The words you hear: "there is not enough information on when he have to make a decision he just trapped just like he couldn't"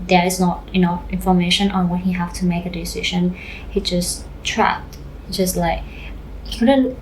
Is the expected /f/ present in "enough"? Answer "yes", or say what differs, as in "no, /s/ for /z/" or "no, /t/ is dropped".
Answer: no, /f/ is dropped